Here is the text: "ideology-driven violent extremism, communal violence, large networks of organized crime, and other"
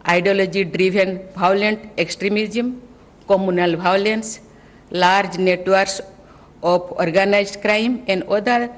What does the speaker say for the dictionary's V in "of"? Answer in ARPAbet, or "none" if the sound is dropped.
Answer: P